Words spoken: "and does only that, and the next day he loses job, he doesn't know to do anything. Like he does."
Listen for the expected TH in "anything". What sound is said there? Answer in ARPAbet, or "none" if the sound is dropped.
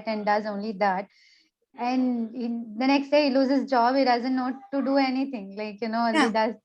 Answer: T